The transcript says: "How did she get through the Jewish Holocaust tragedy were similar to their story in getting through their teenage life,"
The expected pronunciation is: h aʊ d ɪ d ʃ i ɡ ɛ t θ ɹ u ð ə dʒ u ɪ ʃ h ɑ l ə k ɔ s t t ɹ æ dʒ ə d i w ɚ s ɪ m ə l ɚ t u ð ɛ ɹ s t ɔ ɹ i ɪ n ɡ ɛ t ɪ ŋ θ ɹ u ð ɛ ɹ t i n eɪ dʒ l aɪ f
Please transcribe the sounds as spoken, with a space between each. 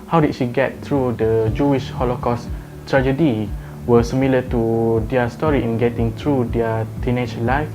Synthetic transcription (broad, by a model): h aʊ d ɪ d ʃ i ɡ ɛ t t ɹ u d ə dʒ u ɪ ʃ h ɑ l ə k ɔ s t t ɹ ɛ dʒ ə d i w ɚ s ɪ m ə l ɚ t u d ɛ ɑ s t ɔ ɹ i ɪ n ɡ ɛ t ɪ ŋ t ɹ u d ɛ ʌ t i n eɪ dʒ l aɪ f